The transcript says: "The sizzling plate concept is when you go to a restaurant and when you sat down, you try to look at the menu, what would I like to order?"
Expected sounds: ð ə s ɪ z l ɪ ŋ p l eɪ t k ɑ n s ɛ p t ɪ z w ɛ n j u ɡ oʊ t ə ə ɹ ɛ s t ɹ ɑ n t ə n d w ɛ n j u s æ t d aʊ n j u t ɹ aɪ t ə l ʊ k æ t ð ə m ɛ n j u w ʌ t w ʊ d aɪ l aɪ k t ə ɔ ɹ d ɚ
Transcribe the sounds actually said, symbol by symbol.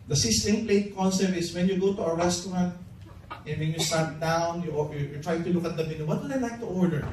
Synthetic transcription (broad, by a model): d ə s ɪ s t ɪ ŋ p l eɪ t k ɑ n s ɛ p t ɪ s w ɛ n j u ɡ oʊ t ə ə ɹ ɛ s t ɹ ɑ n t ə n w ɛ n j u s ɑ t d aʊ n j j t ɹ aɪ t ə l ʊ k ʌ t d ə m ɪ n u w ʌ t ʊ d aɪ n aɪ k t ə ɔ ɹ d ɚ